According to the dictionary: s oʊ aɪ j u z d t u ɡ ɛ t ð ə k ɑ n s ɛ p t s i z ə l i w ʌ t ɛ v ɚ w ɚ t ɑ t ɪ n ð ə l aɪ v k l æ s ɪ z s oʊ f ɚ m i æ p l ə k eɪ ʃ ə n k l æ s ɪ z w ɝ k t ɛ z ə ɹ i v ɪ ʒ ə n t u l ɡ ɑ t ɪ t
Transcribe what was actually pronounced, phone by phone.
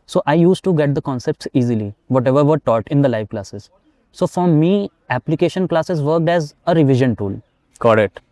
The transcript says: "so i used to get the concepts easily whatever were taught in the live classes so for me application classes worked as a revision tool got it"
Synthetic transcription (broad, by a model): s oʊ aɪ j u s t u ɡ ɛ t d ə k ɑ n s ɛ p t s i z ə l i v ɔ t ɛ v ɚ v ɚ t ɑ t ɪ n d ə l aɪ v k l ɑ s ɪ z s oʊ f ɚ m i æ p l ə k eɪ ʃ ə n k l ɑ s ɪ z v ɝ k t ɛ z ə ɹ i v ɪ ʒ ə n t u l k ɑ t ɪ t